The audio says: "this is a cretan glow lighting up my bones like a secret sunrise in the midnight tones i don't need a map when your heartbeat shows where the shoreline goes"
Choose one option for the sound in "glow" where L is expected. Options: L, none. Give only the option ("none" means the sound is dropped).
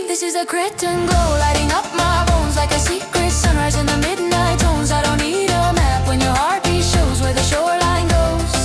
none